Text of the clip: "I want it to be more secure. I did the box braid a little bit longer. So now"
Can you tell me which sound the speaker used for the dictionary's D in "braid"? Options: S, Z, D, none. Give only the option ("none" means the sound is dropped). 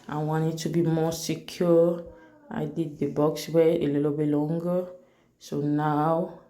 none